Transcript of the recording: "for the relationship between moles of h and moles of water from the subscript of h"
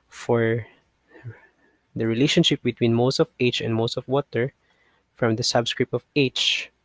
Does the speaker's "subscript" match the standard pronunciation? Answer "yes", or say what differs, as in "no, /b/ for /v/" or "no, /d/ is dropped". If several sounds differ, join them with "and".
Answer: yes